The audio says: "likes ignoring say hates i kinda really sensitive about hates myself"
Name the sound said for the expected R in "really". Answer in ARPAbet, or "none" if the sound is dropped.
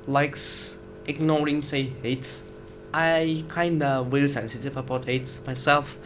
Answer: W